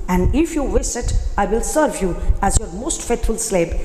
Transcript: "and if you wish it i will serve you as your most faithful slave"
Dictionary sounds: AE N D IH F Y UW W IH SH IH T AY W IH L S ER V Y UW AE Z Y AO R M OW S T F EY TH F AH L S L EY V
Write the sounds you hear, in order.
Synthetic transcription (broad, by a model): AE N D IH F Y UW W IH S IH T AY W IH L S ER V Y UW AE Z Y AO R M OW S T F EY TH F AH L S L EY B